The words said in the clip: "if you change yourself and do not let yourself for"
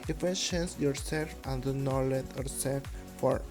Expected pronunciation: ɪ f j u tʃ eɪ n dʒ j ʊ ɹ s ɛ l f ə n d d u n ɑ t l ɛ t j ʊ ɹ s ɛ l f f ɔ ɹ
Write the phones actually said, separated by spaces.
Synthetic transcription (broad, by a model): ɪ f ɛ ʃ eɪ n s j ʊ ɹ s ɛ l f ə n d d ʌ n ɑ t l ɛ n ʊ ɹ s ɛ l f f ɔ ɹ